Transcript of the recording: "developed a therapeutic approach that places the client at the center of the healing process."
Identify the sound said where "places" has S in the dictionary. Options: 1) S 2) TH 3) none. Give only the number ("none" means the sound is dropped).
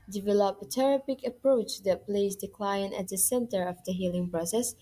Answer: 3